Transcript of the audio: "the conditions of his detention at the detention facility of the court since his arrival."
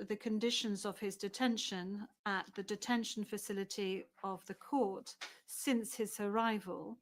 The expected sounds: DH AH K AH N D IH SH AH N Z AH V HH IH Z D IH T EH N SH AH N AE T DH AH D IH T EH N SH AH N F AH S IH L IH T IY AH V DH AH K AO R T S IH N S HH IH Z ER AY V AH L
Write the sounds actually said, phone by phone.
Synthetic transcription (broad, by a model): DH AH K AH N D IH SH AH N Z AH V IH Z D IH T EH N SH AH N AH T DH AH D IH T EH N SH AH N F AH S IH L IH T IY AH V DH AH K AO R T S IH N S HH IH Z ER AY V AH L